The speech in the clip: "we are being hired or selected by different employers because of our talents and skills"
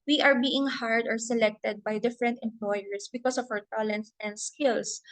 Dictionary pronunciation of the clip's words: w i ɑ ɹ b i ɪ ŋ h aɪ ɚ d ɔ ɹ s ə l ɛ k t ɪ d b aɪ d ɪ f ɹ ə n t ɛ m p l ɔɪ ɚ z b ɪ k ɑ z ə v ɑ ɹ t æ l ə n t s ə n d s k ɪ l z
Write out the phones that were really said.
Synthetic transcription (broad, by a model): w i ɑ ɹ b i ɪ ŋ h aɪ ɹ d ɔ ɹ s ə l ɛ k t ɪ d b aɪ d ɪ f ɹ ə n t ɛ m p l ɔɪ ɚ s b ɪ k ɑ s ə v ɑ w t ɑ l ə n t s ə n d s k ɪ l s